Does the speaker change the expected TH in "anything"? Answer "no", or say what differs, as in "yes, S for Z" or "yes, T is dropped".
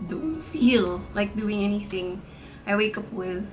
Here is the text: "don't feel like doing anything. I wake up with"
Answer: no